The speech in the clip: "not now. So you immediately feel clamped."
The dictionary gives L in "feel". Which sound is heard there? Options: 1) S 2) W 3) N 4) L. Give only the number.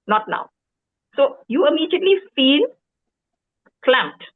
3